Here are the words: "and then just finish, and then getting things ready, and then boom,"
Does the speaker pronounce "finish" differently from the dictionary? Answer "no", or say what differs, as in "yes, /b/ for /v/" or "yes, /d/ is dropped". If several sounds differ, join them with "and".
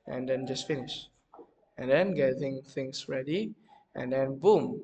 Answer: no